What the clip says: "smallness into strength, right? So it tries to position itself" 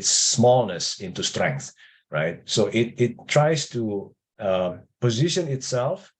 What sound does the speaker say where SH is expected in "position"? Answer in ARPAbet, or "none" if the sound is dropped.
SH